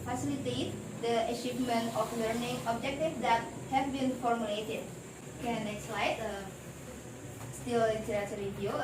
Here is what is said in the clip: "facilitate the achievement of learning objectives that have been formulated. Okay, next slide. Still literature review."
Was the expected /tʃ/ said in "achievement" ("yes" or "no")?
no